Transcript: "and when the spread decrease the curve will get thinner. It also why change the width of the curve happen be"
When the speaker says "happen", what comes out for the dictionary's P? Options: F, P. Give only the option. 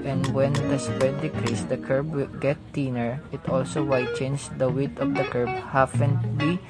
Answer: F